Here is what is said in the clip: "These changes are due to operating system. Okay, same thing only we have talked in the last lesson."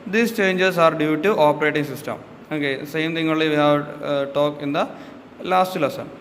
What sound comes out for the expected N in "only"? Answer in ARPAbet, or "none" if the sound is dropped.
none